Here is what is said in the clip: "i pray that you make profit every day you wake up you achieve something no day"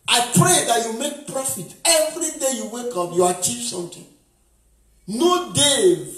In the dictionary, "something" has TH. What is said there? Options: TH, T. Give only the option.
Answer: T